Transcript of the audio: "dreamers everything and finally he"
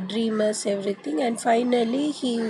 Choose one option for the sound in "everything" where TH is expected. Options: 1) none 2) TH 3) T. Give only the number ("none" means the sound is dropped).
3